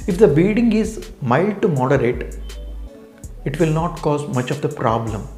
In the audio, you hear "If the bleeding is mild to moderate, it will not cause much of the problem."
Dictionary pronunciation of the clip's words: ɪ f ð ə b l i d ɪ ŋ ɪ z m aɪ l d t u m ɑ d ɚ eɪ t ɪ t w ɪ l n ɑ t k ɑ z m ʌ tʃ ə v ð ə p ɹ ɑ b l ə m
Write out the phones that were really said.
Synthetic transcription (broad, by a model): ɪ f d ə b i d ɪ ŋ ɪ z m aɪ l d t u m ɑ d ɚ eɪ t ɪ t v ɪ l n ɑ t k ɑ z m ʌ tʃ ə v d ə p ɹ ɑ b l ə m